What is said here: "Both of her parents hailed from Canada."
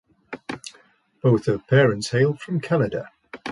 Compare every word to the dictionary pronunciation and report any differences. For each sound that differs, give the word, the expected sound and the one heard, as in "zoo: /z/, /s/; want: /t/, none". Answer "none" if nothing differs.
none